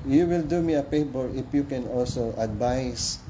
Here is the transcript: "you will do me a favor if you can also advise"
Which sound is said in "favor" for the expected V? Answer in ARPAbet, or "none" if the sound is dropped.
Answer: B